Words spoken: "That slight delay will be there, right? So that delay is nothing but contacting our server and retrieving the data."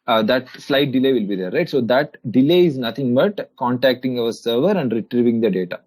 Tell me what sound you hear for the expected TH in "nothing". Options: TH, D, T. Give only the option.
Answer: T